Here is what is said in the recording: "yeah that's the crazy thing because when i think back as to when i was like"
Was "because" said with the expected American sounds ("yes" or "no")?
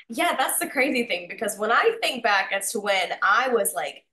yes